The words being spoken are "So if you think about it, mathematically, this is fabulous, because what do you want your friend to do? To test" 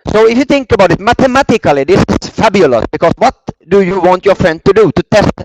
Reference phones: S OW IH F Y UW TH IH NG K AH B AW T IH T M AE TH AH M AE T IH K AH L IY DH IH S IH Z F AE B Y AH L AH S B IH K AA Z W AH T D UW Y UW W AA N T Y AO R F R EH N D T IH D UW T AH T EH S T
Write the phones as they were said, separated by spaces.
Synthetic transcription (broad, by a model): S OW IH F Y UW TH IH NG K AH B AW T IH T M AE T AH M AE T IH K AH L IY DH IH S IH S F AE B Y AH L AH S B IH K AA S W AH T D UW Y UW W AA N T Y AO R F R EH N D T IH D UW T AH T EH S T